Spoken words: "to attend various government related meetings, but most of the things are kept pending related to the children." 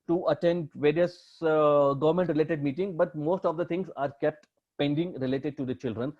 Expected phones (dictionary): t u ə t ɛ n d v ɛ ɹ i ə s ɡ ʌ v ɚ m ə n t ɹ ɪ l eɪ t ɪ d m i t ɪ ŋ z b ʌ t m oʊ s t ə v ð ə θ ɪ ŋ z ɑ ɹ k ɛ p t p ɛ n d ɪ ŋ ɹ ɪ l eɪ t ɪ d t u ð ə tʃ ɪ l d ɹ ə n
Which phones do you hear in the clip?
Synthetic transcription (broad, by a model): t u ə t ɛ n d v ɛ ɹ i ə s ɡ ʌ v ɚ m ə n t ɹ ɪ l eɪ t ɪ d m i t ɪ ŋ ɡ b ʌ t m oʊ s t ə v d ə t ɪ ŋ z ɑ ɹ k ɛ p t p ɛ n d ɪ ŋ ɹ ɪ l eɪ t ɪ d t u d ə tʃ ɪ l d ɹ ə n